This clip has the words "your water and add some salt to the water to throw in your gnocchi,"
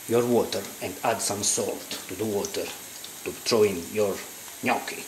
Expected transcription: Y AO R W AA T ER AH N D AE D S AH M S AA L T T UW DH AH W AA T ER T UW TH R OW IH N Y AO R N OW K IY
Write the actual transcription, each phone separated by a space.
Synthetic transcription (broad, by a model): Y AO R W AA T ER AH N D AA D S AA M S AA L T T UW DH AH W AA T ER T UW T R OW IH N Y AO R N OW K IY